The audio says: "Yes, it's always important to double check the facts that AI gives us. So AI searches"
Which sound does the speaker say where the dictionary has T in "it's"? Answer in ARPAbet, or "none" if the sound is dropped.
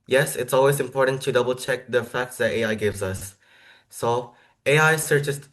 T